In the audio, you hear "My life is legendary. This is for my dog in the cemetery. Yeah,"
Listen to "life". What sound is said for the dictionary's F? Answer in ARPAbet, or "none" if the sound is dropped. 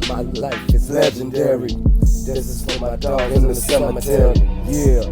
none